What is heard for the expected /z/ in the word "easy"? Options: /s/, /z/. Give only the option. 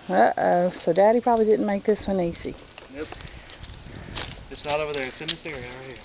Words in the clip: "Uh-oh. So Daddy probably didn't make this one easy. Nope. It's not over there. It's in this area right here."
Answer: /s/